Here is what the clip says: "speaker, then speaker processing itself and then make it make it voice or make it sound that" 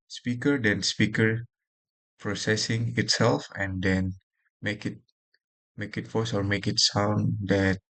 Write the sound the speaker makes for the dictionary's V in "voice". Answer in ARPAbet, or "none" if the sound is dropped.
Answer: F